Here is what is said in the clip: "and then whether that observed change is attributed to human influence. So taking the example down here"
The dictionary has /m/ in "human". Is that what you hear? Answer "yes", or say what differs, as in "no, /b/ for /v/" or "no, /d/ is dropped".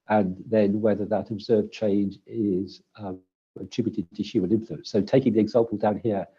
no, /m/ is dropped